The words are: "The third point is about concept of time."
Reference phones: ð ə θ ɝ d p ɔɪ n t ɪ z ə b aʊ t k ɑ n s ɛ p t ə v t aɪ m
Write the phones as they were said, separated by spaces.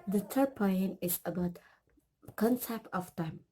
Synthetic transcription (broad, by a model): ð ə t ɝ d p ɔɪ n ɪ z ə b aʊ t k ɑ n s ɛ p t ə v t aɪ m